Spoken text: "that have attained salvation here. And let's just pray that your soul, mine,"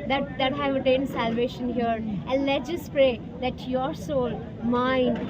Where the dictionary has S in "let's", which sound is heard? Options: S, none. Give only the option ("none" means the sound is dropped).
none